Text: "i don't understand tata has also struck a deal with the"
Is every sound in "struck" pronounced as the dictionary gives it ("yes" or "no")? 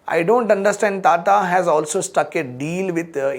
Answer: no